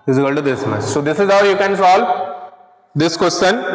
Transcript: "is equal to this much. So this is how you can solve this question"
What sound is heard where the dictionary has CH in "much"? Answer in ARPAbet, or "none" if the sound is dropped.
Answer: S